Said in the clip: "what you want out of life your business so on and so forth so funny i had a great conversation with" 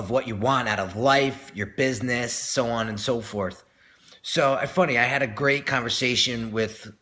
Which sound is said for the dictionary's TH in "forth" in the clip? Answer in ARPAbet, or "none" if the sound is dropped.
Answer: TH